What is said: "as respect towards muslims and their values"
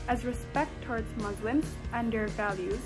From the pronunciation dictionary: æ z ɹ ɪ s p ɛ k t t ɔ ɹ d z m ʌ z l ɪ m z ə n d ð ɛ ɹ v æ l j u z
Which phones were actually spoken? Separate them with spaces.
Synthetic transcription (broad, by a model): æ z ɹ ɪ s p ɛ k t t ɔ ɹ d z m ʌ z l ɪ m z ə n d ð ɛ ɹ v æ l j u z